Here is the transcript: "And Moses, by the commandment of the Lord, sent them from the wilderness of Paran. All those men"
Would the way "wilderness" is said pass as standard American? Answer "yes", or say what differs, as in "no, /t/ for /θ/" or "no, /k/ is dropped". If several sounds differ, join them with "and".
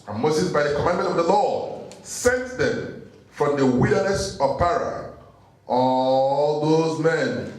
no, /l/ is dropped